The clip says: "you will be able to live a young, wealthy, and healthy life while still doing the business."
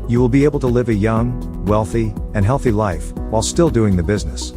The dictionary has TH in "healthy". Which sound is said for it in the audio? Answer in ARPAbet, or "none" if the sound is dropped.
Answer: TH